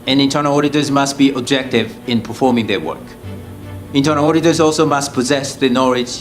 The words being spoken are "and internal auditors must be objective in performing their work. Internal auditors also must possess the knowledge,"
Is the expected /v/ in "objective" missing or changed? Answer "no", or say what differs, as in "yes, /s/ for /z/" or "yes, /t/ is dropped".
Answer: no